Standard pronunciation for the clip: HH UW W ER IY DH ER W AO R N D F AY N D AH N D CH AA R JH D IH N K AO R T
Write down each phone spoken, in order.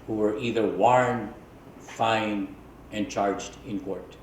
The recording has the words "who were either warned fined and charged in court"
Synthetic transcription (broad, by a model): HH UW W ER IY DH ER W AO R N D F AY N AH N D CH AA R JH D IH N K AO R T